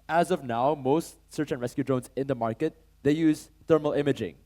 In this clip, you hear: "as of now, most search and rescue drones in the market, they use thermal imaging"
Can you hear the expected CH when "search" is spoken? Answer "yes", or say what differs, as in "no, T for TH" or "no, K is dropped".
yes